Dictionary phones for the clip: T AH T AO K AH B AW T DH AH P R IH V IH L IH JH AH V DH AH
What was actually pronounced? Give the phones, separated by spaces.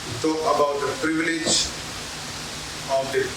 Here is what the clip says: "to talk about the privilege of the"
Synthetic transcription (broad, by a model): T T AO AH B AW T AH P R IH V IH L IH JH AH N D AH